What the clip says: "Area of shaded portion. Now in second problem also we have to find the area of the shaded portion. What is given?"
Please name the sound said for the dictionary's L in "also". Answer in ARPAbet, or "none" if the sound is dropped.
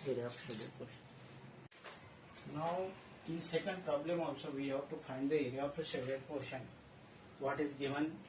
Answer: L